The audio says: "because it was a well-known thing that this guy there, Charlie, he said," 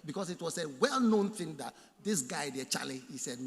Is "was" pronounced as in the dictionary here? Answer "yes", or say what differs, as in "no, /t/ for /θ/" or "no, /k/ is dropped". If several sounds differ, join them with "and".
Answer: no, /s/ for /z/